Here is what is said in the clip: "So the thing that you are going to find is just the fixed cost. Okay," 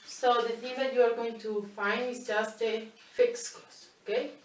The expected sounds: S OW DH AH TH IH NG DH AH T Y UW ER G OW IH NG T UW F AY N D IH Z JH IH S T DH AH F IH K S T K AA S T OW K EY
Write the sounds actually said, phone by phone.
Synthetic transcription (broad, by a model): S OW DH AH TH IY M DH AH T Y UW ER G OW IH NG T UW F AY N D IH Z JH IH S T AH F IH K S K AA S OW K EY